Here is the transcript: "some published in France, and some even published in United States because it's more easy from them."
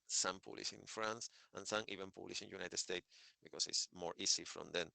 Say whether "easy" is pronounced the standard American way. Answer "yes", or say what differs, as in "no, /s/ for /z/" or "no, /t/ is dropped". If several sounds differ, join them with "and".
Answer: no, /s/ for /z/